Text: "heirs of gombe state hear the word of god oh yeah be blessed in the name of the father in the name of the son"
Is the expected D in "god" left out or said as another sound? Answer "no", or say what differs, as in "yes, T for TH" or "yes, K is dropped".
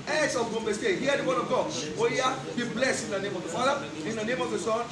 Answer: yes, D is dropped